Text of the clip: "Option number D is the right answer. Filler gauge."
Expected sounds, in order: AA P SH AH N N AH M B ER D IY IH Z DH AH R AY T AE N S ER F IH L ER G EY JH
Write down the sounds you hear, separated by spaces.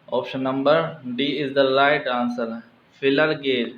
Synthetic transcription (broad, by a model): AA P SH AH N N AH M B ER D IY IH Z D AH L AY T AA N S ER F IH L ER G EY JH